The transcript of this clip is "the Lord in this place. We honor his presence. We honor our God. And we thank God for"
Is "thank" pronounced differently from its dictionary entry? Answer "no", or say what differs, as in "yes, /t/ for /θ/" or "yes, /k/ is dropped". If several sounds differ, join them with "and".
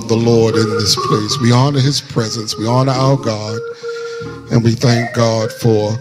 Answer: no